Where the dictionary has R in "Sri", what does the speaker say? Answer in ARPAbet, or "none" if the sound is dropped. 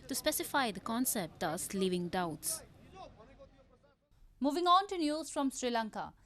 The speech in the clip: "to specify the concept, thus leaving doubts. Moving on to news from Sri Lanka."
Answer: R